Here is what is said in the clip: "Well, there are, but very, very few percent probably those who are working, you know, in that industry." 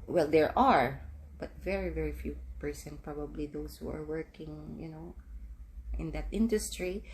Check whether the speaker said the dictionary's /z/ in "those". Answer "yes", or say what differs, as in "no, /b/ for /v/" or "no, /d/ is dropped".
no, /s/ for /z/